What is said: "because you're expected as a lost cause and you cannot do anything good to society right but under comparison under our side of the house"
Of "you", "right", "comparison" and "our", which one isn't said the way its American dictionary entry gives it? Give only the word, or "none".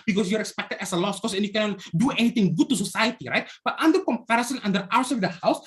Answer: our